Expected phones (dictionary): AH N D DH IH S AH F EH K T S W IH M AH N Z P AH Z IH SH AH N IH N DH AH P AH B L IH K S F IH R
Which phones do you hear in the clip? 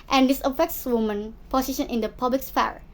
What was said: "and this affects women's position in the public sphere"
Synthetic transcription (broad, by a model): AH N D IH S AH F EH K T S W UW M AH N P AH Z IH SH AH N IH N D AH P AH B L IH K S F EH R